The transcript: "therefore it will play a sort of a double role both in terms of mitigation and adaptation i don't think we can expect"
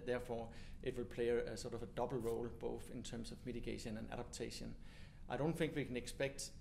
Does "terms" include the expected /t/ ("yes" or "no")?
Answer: no